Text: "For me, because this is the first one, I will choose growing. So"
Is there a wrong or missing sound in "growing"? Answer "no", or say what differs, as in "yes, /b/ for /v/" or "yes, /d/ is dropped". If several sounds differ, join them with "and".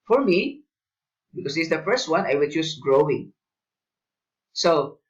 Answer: no